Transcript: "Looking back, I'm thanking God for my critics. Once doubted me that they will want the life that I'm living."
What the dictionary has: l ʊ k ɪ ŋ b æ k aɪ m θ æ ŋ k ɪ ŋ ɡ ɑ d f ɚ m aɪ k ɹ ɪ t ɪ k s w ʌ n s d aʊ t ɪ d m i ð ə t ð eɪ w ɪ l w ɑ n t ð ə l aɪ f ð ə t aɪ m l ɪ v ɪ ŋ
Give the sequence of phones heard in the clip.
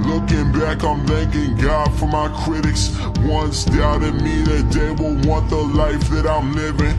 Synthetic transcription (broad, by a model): l ʊ k ɪ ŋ b æ k aɪ m θ æ ŋ k ɪ ŋ ɡ ɑ d f ɚ m aɪ k ɹ ɪ t ɪ k s w ʌ n s d aʊ t ɪ d m i ð ə t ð eɪ w ɪ l w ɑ n ð ə l aɪ f ð ə t aɪ m l ɪ v ɪ ŋ